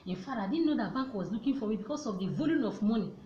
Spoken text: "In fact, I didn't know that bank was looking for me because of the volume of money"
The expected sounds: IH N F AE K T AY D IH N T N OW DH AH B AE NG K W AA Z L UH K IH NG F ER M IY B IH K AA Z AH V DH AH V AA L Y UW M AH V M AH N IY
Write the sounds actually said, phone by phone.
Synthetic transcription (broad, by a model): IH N F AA T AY D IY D N OW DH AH B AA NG K W AA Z L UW K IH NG F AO M IY B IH K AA S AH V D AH V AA L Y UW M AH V M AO N IY